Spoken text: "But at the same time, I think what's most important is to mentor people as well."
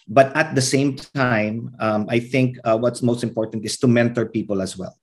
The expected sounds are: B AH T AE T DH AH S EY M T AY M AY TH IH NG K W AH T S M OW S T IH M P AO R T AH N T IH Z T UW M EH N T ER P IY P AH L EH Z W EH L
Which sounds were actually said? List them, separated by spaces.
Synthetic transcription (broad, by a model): B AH T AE T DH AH S EY M T AY M AY TH IH NG K W AH T S M OW S T IH M P AO R T AH N T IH S T UW M EH N T ER P IY P AH L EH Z W EH L